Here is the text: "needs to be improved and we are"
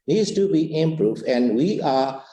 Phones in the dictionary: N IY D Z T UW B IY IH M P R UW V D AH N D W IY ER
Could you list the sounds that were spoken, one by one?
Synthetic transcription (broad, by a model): N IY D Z T UW B IY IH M P R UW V AH N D W IY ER